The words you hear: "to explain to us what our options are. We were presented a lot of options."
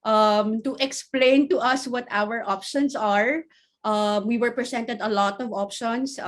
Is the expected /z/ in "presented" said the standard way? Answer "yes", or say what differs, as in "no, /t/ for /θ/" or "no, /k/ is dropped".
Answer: no, /s/ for /z/